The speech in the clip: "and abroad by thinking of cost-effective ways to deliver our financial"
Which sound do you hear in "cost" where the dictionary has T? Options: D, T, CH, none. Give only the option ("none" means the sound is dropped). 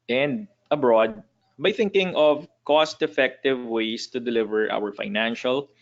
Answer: T